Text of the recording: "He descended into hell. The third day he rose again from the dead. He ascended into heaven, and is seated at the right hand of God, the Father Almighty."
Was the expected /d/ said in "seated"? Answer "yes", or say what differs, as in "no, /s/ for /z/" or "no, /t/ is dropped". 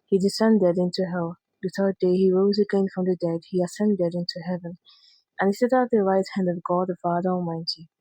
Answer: no, /d/ is dropped